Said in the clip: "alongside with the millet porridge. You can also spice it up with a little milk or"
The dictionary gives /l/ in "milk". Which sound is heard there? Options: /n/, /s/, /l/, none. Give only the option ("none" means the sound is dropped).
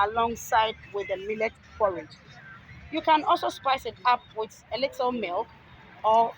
/l/